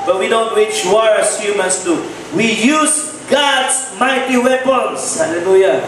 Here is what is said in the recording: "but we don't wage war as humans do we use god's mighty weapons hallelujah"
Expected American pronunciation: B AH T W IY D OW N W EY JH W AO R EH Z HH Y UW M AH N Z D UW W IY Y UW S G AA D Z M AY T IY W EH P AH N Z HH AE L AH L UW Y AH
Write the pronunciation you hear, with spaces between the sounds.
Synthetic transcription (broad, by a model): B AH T W IY D OW N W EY CH W AO R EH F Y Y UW M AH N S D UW W IY Y UW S G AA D S M AY T IY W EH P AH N S HH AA L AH L UW Y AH